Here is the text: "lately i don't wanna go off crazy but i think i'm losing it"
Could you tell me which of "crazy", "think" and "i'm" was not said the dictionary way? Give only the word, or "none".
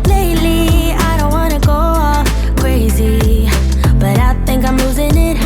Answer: none